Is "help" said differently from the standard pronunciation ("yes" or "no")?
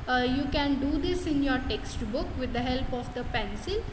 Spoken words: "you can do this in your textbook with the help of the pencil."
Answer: no